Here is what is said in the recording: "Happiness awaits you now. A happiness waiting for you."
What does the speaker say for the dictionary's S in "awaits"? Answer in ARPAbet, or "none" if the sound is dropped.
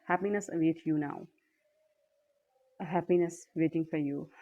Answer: none